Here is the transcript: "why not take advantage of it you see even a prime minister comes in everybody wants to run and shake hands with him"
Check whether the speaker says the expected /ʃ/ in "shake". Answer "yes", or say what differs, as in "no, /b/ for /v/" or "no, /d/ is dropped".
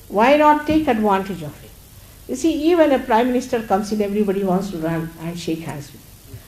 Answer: yes